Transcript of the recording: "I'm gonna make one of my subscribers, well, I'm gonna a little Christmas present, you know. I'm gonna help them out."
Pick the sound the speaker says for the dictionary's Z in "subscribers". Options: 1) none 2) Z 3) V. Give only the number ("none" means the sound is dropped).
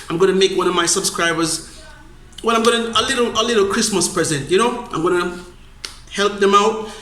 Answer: 2